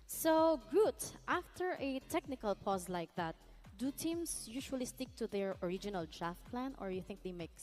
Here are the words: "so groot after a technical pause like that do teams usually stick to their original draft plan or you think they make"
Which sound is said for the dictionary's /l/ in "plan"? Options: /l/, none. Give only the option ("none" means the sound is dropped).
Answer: /l/